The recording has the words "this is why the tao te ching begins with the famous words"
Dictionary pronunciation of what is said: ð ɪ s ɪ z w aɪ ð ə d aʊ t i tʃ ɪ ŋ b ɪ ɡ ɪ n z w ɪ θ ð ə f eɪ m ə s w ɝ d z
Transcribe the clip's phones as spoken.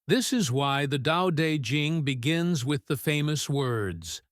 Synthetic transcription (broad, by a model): ð ɪ s ɪ z w aɪ ð ə d aʊ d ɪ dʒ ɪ ŋ b ɪ ɡ ɪ n z w ɪ ð ə f eɪ m ə s w ɝ d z